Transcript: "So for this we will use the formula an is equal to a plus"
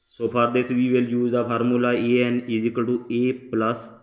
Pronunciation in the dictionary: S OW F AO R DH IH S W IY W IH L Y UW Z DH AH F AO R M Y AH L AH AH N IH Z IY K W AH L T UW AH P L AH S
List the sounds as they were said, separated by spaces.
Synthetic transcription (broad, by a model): S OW P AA R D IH S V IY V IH L Y UW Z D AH P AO R M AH L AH AH N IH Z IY K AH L T UW AH P L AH S